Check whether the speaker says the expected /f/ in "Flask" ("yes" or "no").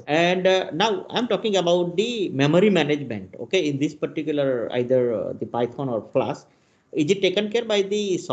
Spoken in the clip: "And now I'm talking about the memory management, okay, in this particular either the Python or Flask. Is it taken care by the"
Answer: no